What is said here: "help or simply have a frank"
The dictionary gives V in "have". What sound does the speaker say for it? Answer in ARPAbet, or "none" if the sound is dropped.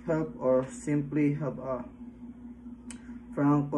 B